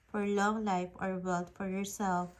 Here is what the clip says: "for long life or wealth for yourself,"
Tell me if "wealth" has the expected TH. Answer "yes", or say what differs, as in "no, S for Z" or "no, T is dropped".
no, T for TH